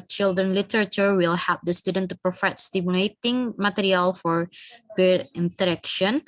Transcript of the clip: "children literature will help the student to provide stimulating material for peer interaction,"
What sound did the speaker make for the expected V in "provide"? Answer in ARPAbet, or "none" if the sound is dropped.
F